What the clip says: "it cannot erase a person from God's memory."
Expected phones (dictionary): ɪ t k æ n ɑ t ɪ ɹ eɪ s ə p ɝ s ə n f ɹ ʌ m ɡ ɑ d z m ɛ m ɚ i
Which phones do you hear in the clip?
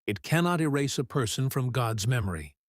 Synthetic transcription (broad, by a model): ɪ t k æ n ɑ t ɪ ɹ eɪ s ə p ɝ s ə n f ɹ ʌ m ɡ ɑ d z m ɛ m ɚ i